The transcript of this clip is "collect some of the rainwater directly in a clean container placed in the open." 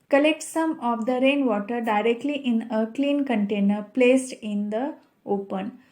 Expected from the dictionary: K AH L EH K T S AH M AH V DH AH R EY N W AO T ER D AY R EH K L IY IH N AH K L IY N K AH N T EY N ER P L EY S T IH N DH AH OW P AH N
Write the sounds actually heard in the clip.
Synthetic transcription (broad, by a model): K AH L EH K T S AH M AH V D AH R EY N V AO T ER D AY R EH K L IY IH N AH K L IY N K AH N T EY N ER P L EY S T IH N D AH OW P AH N